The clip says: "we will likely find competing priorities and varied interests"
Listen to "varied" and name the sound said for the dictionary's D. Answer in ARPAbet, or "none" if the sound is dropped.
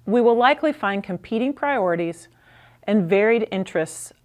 D